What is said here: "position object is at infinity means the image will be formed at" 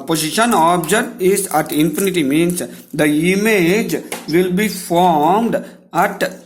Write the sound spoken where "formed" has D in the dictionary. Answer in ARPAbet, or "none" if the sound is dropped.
D